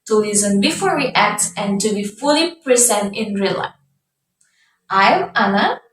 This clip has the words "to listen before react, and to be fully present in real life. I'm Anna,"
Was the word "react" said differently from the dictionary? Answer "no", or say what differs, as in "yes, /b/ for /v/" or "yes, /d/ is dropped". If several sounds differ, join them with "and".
yes, /w/ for /ɹ/